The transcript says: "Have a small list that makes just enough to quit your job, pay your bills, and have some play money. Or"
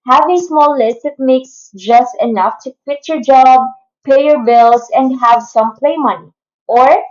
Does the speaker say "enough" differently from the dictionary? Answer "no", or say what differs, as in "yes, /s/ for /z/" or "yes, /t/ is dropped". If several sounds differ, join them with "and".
no